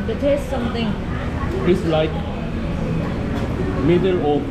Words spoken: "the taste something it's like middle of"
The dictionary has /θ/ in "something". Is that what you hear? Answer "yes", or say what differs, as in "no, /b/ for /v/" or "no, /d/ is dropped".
no, /t/ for /θ/